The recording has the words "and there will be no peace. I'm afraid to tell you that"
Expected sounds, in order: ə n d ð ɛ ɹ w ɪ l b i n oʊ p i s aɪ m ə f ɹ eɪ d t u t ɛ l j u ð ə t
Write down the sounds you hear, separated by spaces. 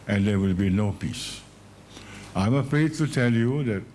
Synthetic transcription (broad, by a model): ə n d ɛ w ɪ l b i n oʊ p i s aɪ m ə f ɹ eɪ d t u t ɛ l j u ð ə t